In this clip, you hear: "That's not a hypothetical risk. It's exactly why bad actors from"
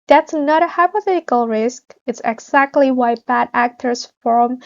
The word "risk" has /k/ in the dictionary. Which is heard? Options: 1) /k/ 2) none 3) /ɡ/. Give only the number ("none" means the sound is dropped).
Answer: 1